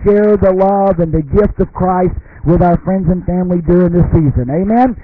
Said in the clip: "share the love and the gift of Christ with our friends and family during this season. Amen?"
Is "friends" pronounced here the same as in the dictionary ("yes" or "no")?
yes